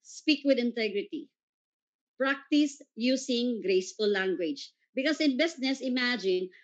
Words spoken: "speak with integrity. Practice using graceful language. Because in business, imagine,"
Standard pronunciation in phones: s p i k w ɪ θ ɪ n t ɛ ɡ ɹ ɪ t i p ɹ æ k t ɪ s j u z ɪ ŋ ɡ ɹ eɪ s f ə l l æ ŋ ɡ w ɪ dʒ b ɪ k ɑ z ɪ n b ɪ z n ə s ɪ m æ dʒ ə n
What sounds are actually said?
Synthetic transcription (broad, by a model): s p i k w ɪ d ɪ n t ɛ ɡ ɹ ɪ t i p ɹ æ k t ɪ s j u s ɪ ŋ ɡ ɹ eɪ s f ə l l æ ŋ ɡ w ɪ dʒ b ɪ k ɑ s ɪ n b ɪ s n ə s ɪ m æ dʒ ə n